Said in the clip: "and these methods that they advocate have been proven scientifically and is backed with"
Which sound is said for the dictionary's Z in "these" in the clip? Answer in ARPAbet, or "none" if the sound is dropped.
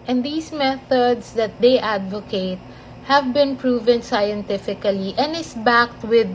S